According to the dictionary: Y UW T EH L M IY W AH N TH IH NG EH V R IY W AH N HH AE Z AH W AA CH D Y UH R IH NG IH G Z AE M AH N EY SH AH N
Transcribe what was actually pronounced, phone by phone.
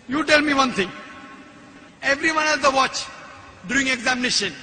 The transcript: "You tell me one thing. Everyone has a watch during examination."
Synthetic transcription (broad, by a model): Y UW T EH L M IY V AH N T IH NG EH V R IY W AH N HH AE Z AH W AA CH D Y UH R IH NG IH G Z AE M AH N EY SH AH N